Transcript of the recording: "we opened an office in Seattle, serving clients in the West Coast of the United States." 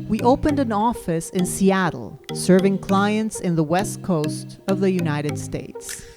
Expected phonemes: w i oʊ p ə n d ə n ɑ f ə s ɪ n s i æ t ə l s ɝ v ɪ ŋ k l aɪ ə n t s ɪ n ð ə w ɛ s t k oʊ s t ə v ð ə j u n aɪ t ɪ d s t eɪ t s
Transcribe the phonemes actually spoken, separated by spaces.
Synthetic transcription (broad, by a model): w i oʊ p ə n d ə n ɑ f ə s ɪ n s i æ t l s ɝ v ɪ ŋ k l aɪ ə n t s ɪ n ð ə w ɛ s t k oʊ s t ə v ð ə j u n aɪ t ɪ d s t eɪ t s